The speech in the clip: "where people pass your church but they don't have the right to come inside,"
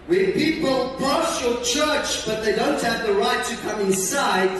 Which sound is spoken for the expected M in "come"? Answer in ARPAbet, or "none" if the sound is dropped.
M